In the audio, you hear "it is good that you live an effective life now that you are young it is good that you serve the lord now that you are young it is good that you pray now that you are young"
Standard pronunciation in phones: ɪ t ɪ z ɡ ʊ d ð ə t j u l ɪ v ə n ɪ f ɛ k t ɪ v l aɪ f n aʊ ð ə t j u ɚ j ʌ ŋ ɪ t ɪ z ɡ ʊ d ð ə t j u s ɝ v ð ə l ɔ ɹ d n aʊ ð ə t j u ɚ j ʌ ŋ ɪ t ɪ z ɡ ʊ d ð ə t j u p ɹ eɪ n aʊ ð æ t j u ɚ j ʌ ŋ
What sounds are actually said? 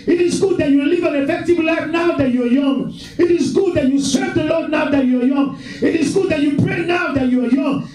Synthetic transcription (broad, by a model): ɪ t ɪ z ɡ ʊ d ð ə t j u l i v ə n ɪ f ɛ k t ɪ v l aɪ f n aʊ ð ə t j u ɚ j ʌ ŋ ɪ t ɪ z ɡ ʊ d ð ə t j u s ɝ v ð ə l ɔ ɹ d n aʊ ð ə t j u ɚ j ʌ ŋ ɪ t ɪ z ɡ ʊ d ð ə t j u p ɹ eɪ n aʊ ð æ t j u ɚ j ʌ ŋ